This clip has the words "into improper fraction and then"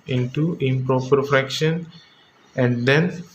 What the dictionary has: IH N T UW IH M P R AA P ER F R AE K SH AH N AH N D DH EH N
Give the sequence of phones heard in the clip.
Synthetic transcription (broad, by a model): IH N T UW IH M P R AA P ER F R AE K SH AH N AH N D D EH N